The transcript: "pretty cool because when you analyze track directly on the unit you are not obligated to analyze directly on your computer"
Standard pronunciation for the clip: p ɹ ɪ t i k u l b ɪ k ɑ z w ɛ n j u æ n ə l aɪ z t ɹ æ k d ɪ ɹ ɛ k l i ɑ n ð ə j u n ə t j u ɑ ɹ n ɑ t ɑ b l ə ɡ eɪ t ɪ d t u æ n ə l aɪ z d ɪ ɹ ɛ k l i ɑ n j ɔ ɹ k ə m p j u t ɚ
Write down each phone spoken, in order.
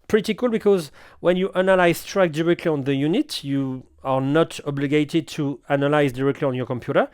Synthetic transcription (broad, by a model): p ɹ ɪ t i k u l b ɪ k ɑ z w ɛ n j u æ n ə l aɪ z t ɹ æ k d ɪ ɹ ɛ k l i ɑ n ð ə j u n ə t j u ɑ ɹ n ɑ t ɑ b l ə ɡ eɪ t ɪ d t u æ n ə l aɪ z d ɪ ɹ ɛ k l i ɑ n j ɔ ɹ k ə m p j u t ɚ